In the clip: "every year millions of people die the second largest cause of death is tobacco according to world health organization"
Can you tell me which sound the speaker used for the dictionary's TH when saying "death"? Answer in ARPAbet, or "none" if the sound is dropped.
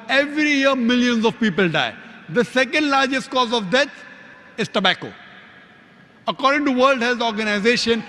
T